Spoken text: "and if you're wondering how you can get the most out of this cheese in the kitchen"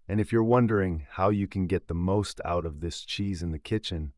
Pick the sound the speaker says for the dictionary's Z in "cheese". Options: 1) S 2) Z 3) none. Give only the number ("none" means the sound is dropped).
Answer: 2